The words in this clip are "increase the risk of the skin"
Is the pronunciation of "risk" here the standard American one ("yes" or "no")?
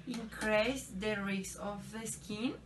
no